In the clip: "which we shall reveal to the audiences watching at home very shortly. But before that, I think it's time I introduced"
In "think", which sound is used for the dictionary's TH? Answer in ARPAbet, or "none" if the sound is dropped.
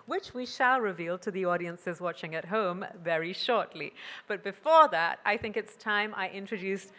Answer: TH